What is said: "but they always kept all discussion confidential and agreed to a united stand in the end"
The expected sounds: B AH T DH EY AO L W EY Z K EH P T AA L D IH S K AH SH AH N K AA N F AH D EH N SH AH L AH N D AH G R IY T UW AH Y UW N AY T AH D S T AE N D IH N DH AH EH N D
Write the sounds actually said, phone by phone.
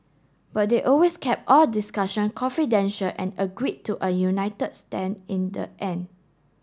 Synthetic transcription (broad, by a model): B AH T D EY AO L W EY S K EH P T AA L D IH S K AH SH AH N K AA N F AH D EH N SH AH L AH N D AH G R IY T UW AH Y UW N AY T AH D S T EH N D IH N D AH EH N